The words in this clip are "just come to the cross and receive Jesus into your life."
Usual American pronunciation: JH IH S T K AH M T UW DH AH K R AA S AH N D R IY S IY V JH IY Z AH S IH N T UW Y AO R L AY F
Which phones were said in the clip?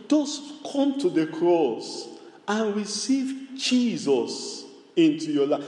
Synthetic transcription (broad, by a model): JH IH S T K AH M T UW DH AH K R AA S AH N R IY S IY V JH IY Z AH S IH N T UW Y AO L AY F